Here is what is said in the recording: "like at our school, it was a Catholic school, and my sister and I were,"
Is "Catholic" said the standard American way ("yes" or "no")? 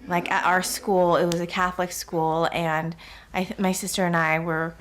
yes